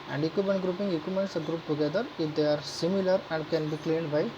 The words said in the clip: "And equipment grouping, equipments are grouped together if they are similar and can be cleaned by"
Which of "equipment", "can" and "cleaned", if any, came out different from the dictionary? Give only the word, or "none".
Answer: equipment